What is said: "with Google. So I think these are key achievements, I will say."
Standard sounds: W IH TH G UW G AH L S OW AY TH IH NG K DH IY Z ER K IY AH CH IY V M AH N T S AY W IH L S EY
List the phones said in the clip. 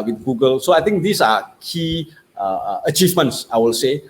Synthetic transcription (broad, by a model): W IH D G UW G AH L S OW AY T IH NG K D IY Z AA K IY AH CH IY V M AH N T S AY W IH L S EY